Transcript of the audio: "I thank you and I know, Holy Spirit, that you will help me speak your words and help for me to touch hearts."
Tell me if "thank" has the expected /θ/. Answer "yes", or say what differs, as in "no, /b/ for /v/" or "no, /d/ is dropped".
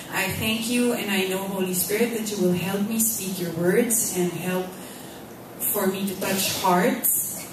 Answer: yes